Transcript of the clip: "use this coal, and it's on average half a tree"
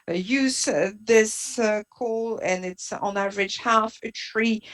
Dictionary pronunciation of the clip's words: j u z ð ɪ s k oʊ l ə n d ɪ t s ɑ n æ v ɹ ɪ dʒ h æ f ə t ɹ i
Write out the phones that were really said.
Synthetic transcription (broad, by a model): j u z ð ɪ s k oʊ l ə n ɪ t s n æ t ɹ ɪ tʃ h æ f ə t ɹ i